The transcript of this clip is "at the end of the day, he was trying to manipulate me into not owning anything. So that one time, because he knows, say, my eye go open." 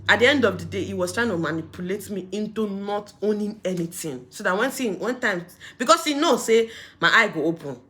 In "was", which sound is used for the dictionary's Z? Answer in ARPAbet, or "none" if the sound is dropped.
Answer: S